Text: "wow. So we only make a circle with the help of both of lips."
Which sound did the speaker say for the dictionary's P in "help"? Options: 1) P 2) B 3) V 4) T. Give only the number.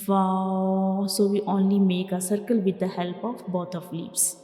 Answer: 1